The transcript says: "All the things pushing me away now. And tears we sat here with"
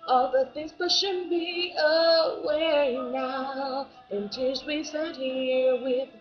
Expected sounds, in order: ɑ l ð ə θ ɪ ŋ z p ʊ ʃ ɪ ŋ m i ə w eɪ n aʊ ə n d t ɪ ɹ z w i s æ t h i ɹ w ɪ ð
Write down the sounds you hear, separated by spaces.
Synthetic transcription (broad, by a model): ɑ l ð ə θ ɪ ŋ z b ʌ ʃ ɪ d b i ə w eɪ n aʊ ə n t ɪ l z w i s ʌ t h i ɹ w ɪ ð